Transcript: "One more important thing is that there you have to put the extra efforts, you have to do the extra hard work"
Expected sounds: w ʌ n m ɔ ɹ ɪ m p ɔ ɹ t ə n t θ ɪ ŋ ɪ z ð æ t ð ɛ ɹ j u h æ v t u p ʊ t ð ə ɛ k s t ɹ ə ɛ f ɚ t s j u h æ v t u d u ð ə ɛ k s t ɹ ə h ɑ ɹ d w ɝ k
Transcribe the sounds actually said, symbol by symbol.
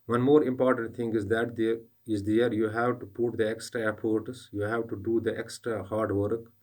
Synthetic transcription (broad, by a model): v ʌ n m ɔ ɹ ɪ m p ɔ ɹ t ə n t t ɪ ŋ ɪ z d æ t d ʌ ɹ j u h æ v t u p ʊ t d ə ɛ k s t ɹ ə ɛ p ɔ t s j u h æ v t u d u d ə ɛ k s t ɹ ə h ɑ ɹ d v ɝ k